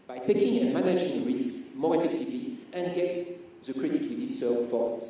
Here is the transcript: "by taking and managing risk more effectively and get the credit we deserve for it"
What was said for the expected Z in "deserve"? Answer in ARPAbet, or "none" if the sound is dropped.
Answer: S